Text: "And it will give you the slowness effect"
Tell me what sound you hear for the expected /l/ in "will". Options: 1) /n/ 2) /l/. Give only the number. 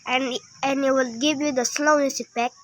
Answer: 2